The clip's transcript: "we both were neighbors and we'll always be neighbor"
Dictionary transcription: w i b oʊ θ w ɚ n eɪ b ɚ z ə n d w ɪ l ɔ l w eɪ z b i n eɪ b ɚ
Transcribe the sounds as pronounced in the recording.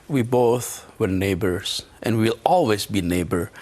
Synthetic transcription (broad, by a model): w i b oʊ θ w ɚ n eɪ b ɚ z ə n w w ɪ l ɔ l w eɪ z b i n eɪ b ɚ